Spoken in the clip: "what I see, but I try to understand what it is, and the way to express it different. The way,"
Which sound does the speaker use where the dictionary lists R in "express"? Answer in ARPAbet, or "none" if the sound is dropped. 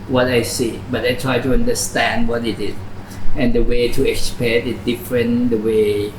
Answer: none